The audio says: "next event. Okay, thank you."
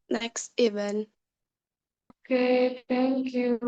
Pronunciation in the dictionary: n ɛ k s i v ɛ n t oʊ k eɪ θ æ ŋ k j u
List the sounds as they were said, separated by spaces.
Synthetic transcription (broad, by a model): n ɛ k s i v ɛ n oʊ k eɪ t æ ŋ k j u